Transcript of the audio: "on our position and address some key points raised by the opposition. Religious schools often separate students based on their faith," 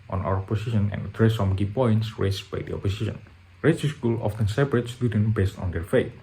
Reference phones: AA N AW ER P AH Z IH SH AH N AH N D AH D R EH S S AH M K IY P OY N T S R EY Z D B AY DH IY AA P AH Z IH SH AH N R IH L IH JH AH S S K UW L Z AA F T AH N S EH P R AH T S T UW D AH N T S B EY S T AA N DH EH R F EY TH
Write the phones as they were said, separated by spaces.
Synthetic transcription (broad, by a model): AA N AW ER P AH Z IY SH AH N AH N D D R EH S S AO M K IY P OY N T S R EY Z B AY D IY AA P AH S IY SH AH N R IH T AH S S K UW L AA F T AH N S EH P R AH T S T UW D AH N B EY S T AA N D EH R F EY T